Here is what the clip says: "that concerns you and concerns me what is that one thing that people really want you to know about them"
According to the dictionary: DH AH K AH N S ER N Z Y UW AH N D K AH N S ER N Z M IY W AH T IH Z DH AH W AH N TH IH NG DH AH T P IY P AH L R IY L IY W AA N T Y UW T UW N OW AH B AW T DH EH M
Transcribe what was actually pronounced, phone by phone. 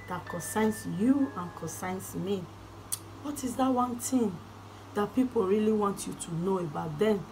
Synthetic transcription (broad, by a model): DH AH K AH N S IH N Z Y UW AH N K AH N S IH N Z M IY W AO T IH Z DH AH W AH N T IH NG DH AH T P IY P AH L R IY L IY W AA N T Y UW T UW N OW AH B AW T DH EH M